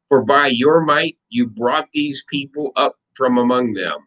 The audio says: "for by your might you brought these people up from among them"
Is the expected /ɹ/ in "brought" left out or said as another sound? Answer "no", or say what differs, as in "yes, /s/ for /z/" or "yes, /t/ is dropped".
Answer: no